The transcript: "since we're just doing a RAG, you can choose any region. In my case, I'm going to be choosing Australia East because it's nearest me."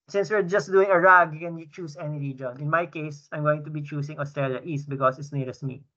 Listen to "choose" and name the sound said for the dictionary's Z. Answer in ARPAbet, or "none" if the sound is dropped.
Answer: S